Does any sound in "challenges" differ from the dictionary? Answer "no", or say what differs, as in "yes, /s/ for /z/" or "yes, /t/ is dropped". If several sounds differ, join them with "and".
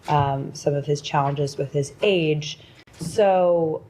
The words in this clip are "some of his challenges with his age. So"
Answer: no